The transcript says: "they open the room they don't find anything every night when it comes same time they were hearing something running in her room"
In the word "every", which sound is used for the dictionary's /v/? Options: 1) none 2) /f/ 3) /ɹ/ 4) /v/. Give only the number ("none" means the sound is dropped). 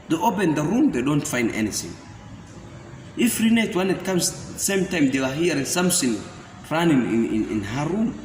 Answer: 2